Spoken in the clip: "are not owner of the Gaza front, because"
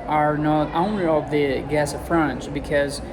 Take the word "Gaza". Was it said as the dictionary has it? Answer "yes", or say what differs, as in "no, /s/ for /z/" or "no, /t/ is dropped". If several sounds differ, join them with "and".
no, /s/ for /z/